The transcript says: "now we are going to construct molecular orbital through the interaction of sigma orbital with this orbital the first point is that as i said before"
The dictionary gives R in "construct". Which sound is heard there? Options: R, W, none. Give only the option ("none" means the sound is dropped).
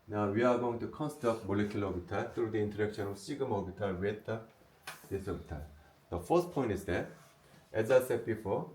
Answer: none